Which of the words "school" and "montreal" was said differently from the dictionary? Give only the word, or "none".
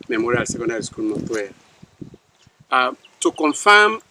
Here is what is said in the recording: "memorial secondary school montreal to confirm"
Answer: montreal